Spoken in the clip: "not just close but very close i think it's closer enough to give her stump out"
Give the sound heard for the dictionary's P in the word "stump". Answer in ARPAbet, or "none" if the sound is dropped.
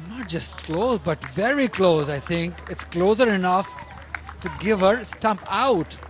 P